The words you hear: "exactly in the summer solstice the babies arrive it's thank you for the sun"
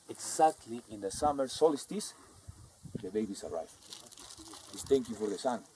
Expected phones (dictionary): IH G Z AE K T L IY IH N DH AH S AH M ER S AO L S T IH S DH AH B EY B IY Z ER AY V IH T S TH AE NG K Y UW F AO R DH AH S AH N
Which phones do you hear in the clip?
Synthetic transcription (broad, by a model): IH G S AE K T L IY IH N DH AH S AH M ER S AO L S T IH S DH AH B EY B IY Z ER AY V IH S T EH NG K Y UW F AO R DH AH S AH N